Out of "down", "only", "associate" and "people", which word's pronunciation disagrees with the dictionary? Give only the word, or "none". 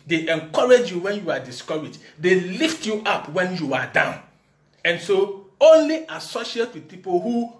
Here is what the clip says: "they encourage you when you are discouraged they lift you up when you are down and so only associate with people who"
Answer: none